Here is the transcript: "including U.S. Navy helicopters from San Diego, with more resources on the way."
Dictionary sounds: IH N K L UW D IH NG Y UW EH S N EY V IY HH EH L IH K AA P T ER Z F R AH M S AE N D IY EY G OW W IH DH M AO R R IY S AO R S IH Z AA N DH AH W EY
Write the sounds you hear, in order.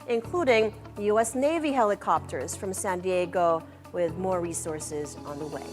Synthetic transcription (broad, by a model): IH N K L UW D IH NG Y UW EH S N EY V IY HH EH L IH K AA P T ER Z F R AH M S AE N D IY EY G OW W IH DH M AO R R IY S AO R S IH Z N DH AH W EY